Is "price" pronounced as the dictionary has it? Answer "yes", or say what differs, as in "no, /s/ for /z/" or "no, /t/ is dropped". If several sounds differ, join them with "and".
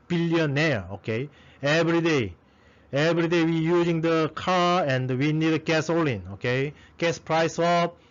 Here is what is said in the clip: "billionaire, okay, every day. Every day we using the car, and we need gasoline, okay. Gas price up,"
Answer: yes